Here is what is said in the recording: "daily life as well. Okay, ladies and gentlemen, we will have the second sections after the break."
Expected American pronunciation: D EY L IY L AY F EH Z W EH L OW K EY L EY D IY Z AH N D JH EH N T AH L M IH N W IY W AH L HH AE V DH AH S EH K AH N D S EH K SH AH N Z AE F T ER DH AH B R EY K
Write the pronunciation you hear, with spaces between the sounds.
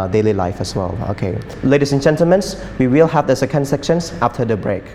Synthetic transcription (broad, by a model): D EY L IY L AY F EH S W EH L OW K EY L EY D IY S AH N JH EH N T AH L M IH N W IY W AH L HH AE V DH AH S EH K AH N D S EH K SH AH N S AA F T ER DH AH B R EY K